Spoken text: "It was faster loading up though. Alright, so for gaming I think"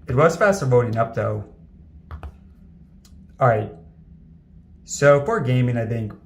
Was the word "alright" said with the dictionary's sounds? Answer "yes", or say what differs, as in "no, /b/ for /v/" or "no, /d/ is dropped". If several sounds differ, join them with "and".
no, /l/ is dropped